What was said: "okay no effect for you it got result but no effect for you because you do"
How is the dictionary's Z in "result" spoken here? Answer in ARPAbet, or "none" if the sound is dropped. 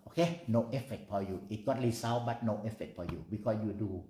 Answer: S